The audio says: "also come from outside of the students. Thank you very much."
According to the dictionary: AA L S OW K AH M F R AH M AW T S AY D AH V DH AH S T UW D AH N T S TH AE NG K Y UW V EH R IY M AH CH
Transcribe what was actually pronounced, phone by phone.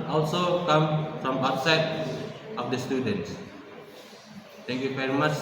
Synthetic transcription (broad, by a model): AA L S OW K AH M F R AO M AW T S AY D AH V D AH S T UW D AH N T S T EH NG K Y UW V EH R IY M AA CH